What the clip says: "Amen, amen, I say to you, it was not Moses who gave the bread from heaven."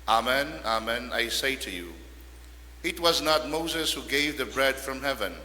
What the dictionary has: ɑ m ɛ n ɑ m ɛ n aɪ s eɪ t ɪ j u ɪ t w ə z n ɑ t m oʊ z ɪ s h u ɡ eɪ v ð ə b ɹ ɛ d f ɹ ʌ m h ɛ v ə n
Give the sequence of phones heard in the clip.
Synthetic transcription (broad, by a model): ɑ m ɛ n ɑ m ɛ n aɪ s eɪ t ɪ j u ɪ t w ə z n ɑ t m oʊ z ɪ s h u ɡ eɪ v ð ə b ɹ ɛ d f ɹ ʌ m h ɛ v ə n